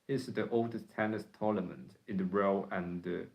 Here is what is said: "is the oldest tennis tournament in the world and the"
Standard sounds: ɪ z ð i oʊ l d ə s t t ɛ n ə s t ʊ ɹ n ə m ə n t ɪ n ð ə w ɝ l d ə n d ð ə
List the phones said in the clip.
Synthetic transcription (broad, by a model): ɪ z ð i oʊ l d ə s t t ɛ n ə s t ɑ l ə m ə n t ɪ n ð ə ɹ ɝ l ə n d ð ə